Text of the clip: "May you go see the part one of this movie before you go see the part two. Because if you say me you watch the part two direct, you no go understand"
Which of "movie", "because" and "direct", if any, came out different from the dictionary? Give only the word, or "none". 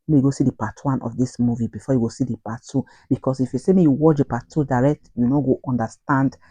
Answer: because